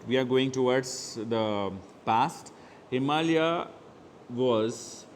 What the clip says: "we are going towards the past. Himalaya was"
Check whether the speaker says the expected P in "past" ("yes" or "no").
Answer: yes